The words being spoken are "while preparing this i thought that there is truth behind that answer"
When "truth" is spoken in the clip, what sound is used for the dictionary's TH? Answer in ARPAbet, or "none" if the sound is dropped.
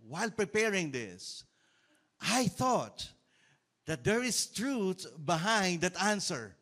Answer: T